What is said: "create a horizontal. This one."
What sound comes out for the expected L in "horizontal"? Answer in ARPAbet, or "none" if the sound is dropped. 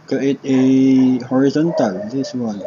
L